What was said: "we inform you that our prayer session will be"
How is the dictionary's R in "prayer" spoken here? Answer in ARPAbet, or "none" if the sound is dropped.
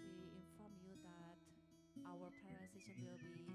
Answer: none